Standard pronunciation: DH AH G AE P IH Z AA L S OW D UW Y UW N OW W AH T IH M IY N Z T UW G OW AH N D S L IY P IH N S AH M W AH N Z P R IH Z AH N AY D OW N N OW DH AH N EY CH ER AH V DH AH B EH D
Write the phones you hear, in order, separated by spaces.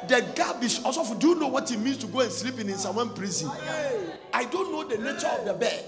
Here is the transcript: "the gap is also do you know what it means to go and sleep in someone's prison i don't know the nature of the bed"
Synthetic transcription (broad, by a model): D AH G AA B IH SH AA S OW D UW Y UW N OW W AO T IH M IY N S T UW G OW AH N S L IY P IH N S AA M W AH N P R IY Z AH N AY D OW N N OW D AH N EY CH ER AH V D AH B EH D